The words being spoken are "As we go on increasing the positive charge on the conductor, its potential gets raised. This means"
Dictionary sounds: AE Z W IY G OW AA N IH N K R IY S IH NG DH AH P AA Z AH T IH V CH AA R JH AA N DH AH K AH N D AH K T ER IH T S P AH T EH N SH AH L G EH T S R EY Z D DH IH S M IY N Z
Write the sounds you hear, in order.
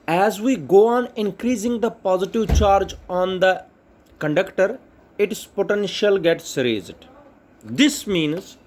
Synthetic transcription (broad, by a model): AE Z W IY G OW AA N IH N K R IY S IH NG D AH P AA Z AH T IH V CH AA R JH AA N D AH K AH N D AH K T ER IH T S P AH T EH N SH AH L G EH T S R EY Z D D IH S M IY N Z